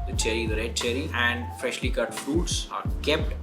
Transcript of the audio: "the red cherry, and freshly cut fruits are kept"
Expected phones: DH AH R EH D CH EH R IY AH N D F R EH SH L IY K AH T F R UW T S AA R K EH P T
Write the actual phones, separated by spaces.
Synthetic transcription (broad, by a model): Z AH R EH D CH EH R IY AH N D F R EH SH L IY K AH T F R UW T S AA R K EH P T